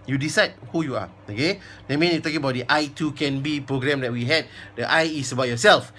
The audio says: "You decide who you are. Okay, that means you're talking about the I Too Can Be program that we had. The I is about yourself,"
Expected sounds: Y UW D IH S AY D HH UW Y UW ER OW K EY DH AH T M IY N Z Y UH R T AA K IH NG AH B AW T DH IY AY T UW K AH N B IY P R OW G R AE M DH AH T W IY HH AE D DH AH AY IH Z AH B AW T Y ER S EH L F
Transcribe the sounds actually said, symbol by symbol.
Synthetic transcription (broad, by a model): Y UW D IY S AY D HH UW Y UW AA OW K EY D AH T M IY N Y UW T AA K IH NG AH B AW T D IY AY T UW K AH N B IY P R OW G R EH M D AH T W IY HH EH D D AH AY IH S AH B AW T Y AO S EH L F